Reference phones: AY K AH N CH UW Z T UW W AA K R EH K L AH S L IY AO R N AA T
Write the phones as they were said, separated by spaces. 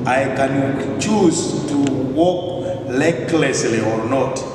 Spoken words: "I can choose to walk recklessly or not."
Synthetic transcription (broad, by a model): AY K AH N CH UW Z T UW W AA K L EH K L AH S L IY AO R N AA T